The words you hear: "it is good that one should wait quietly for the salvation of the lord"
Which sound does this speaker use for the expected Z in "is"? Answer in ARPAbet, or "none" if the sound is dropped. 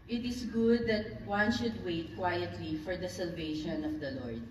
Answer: S